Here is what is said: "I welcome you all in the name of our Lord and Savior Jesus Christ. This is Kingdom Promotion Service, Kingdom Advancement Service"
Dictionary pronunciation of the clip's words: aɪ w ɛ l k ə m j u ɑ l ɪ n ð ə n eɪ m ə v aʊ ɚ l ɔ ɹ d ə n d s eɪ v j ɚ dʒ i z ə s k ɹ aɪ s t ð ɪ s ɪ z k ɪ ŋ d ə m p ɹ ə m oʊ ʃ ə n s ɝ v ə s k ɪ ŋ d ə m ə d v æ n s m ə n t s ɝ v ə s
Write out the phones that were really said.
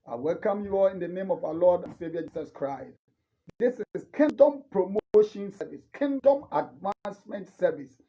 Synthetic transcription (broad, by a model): aɪ w ɛ l k ə m j u ɑ l ɪ n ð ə n eɪ m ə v aʊ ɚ l ɔ d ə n s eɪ v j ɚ dʒ i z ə s k ɹ aɪ s t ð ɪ s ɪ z k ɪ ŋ d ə m p ɹ ə m oʊ ʃ ə n s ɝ v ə s k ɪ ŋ d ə m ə d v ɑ n s m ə n t s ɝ v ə s